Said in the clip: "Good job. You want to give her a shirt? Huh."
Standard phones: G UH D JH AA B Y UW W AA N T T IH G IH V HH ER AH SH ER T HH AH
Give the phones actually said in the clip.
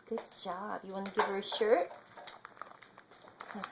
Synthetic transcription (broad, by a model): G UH D JH AA B Y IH W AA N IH G IH V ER AH SH ER T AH